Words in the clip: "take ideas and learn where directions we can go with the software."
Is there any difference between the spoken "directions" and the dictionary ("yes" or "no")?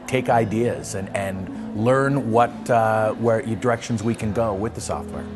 no